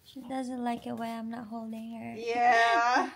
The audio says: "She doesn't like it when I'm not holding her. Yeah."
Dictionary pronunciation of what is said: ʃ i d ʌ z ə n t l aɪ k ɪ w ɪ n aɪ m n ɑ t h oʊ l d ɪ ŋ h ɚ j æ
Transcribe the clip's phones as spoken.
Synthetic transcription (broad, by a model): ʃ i d ʌ z ə n t l aɪ k ɪ w ɪ aɪ m n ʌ t h oʊ l d ɪ ŋ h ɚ j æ